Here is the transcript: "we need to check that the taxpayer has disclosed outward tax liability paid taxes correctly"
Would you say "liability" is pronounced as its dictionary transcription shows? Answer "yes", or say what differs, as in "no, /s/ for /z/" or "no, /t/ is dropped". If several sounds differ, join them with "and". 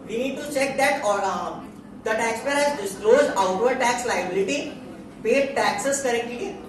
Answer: yes